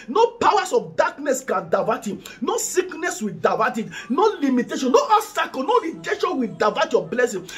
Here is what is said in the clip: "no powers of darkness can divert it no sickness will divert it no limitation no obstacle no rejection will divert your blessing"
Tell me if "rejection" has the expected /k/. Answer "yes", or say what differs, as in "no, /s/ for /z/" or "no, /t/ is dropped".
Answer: no, /k/ is dropped